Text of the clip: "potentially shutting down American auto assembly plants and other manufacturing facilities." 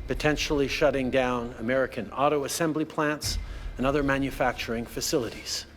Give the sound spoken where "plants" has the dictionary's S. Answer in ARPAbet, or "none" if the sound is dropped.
S